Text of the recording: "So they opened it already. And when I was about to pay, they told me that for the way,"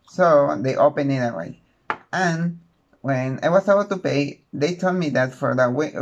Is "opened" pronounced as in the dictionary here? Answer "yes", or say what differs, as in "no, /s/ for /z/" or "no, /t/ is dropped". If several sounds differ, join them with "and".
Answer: no, /d/ is dropped